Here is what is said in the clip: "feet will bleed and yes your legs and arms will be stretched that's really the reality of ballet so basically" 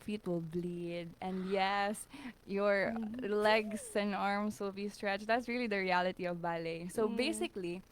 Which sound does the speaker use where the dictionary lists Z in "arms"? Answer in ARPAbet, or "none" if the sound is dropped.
S